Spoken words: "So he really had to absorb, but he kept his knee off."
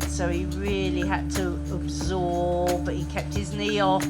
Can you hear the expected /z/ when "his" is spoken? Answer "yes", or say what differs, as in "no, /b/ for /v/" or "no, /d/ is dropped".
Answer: yes